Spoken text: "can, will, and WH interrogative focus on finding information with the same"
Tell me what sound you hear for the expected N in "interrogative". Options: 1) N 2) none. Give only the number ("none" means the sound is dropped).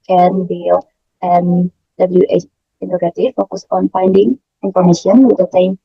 2